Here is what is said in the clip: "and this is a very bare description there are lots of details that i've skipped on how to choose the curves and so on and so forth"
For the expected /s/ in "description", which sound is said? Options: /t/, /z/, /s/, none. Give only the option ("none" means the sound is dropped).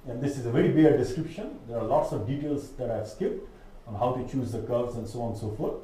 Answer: /s/